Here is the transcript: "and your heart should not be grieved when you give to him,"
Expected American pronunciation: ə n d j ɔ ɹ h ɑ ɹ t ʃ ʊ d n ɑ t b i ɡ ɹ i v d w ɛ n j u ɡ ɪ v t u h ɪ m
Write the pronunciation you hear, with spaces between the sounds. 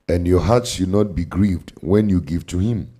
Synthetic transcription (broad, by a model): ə n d j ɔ h ɑ t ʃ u d n ɑ t b i ɡ ɹ i v d w ɛ n j u ɡ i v t u h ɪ m